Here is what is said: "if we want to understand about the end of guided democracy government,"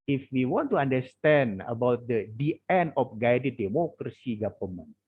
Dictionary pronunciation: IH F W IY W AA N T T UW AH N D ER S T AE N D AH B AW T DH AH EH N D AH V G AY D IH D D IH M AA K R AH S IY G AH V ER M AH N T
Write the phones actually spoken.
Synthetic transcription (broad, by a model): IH F W IY W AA N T T UW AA N D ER S T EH N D AH B AW T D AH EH N AH F G AY D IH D D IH M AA K R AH S IY G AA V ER M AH N